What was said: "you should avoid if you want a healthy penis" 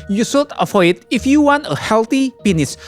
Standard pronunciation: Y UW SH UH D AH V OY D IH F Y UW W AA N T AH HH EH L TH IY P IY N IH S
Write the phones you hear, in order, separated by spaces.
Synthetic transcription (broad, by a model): Y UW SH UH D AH F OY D IH F Y UW W AA N T AH HH EH L T IY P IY N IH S